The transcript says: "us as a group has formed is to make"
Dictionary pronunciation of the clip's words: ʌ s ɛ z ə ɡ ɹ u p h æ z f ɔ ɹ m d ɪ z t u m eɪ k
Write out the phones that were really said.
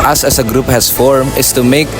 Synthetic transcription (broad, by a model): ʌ s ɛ s ə ɡ ɹ u p h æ s f ɔ ɹ m ɪ s t u m eɪ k